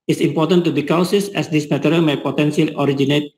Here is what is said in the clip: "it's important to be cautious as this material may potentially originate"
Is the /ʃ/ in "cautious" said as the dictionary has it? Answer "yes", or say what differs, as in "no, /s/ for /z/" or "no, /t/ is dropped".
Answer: no, /s/ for /ʃ/